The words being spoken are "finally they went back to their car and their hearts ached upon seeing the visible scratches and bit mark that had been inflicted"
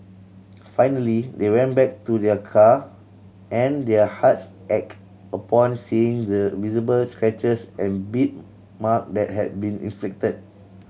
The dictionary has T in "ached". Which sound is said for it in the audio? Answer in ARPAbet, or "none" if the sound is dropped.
none